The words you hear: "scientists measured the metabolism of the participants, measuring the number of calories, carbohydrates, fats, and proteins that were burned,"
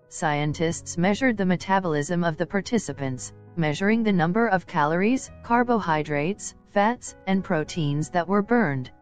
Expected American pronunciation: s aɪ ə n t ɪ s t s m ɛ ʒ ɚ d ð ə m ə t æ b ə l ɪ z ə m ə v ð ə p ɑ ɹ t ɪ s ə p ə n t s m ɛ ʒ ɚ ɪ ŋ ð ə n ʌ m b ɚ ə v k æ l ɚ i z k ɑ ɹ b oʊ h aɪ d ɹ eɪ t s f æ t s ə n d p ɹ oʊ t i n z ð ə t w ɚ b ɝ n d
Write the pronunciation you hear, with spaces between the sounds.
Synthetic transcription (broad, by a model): s aɪ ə n t ɪ s t s m ɛ ʒ ɚ d ð ə m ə t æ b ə l ɪ z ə m ə v ð ə p ɑ ɹ t ɪ s ə p ə n t s m ɛ ʒ ɚ ɪ ŋ ð ə n ʌ m b ɚ ə v k æ l ɚ i z k ɑ ɹ b oʊ h aɪ d ɹ eɪ t s f æ t s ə n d p ɹ oʊ t i n z ð ə t w ɚ b ɝ n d